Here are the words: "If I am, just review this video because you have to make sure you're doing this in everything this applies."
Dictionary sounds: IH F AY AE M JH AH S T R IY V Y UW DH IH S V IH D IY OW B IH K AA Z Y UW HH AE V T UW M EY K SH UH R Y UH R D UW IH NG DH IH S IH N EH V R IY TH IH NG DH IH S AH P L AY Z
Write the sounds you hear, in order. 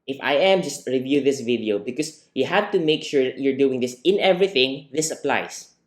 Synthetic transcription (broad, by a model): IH F AY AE M JH AH S T R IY V Y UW DH IH S V IH D IY OW B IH K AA S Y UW HH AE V T UW M EY K SH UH R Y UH R D UW IH NG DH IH S IH N EH V R IY TH IH NG DH IH S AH P L AY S